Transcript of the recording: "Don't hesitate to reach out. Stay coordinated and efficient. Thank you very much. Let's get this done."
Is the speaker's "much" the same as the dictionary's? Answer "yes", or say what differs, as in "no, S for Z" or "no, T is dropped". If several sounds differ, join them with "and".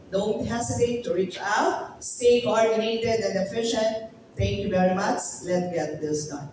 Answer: no, S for CH